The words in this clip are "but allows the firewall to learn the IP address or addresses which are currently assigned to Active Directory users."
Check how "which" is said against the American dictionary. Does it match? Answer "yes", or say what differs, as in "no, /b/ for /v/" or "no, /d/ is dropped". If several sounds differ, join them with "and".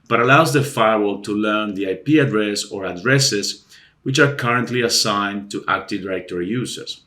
yes